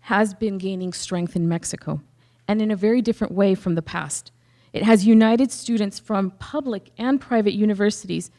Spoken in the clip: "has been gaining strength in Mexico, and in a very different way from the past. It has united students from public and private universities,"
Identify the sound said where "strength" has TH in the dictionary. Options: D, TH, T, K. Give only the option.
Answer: TH